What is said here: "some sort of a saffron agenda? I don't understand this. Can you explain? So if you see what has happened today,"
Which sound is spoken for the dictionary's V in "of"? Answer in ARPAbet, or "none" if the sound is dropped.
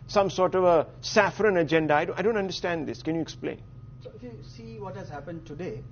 V